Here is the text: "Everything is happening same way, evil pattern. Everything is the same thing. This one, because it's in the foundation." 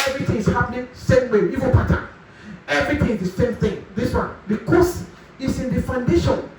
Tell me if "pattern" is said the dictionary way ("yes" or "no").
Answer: no